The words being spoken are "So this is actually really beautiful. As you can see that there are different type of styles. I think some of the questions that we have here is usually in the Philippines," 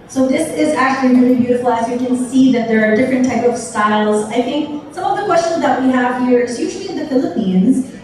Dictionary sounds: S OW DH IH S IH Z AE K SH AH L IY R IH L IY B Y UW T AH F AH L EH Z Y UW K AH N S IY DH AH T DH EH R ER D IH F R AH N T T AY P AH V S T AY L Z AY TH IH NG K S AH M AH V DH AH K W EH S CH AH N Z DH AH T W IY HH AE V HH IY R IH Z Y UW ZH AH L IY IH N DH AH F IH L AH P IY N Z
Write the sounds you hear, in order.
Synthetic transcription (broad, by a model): S OW DH IH S IH Z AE K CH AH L IY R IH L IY B Y UW T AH F L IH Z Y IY K AH N S IY DH AH T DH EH R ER D IH F R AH N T T AY P AH V S T AY L Z AY TH IH NG K S AH M AH V DH AH K W EH S CH AH N Z DH AH T W IY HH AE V HH IY R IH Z Y UW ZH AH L IY IH N DH AH F IH L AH P IY N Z